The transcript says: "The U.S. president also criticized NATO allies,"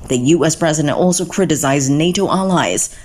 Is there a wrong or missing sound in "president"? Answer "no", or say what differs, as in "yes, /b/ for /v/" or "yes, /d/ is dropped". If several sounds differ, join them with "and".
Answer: no